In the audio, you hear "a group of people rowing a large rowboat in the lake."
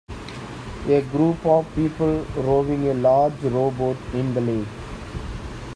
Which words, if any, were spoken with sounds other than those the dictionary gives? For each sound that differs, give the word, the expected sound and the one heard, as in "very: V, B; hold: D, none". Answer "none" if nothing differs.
lake: K, none